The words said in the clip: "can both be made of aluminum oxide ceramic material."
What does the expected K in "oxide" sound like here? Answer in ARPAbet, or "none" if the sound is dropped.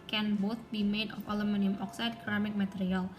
K